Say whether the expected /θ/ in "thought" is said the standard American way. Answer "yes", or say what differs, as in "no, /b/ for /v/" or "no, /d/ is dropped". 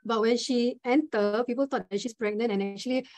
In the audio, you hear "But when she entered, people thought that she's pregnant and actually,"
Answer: no, /t/ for /θ/